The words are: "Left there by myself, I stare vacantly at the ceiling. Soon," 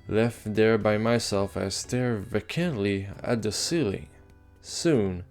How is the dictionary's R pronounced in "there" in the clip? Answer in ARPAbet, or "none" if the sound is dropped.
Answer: R